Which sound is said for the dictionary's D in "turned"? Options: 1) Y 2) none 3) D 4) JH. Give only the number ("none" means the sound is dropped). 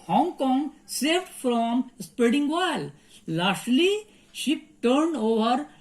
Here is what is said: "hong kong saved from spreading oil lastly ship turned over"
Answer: 3